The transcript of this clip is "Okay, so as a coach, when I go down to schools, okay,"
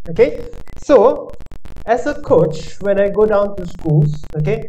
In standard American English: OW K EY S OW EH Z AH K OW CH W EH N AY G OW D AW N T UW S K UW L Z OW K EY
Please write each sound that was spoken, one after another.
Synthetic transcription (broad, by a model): OW K EY S OW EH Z AH K OW CH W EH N AY G OW D AW N T UW S K UW L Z OW K EY